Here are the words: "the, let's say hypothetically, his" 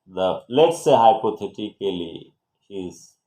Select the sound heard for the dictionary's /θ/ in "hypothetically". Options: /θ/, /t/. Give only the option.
/t/